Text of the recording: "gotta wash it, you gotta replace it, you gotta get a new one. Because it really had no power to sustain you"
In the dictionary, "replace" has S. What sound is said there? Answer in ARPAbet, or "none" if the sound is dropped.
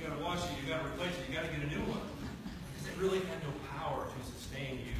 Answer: none